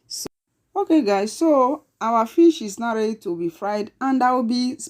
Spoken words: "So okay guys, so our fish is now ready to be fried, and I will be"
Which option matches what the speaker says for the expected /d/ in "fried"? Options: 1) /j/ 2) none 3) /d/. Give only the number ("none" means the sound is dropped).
3